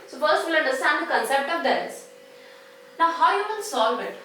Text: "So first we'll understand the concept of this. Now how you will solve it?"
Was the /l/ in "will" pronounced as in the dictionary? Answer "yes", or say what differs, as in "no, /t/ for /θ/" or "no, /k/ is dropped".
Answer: no, /n/ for /l/